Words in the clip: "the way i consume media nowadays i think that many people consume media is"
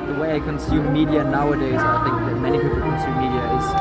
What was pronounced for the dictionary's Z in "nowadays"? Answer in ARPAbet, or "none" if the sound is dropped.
Z